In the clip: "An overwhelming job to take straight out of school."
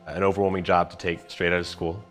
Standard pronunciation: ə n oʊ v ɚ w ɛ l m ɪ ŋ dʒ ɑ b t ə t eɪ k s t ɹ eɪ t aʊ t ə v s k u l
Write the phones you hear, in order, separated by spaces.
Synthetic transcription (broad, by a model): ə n oʊ v ɚ w ɛ l m ɪ ŋ dʒ ɑ b t ə t eɪ k s t ɹ eɪ t aʊ t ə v s k u l